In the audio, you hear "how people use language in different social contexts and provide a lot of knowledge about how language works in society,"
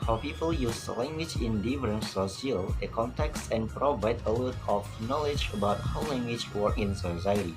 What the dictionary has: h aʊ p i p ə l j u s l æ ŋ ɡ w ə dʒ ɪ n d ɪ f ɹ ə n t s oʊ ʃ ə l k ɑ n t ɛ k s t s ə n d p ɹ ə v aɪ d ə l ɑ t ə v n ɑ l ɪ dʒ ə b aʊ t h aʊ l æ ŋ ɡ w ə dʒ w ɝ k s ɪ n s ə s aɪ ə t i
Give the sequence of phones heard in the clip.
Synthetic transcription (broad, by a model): h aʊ p i p ə l j u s l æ ŋ ɡ w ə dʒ ɪ n d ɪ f ɹ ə n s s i ə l k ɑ n t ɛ k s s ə n p ɹ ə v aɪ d ə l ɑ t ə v n ɑ l ɪ dʒ ə b aʊ t h aʊ l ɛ ŋ ɡ w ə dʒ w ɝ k ɪ n s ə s aɪ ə t i